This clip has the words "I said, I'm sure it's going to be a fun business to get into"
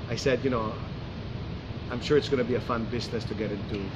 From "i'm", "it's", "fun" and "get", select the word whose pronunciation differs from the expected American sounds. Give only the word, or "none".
none